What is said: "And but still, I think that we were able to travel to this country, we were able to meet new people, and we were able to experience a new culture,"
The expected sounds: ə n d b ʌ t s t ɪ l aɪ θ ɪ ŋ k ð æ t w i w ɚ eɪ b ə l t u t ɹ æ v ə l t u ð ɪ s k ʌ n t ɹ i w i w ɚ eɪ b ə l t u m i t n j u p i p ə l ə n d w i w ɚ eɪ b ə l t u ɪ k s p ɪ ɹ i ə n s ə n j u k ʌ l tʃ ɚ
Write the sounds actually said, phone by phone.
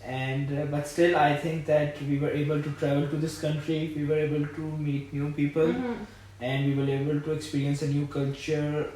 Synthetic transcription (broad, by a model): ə n d b ʌ t s t ɪ l aɪ t ɪ ŋ k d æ t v i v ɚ eɪ b ə l t u t ɹ æ v ə l t u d ɪ s k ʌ n t ɹ i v i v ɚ eɪ b ə l t u m i t n j u p i p ə l ə n d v i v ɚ eɪ b ə l t u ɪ k s p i ɹ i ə n s ə n j u k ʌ l tʃ ɚ